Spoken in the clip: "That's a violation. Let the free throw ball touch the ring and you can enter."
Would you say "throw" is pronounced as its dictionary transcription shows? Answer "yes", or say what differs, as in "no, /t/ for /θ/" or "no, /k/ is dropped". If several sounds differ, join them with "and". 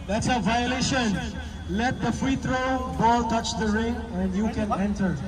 no, /t/ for /θ/